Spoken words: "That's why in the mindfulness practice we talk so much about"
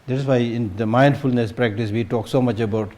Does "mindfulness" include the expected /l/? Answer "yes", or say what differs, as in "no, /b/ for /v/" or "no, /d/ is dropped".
yes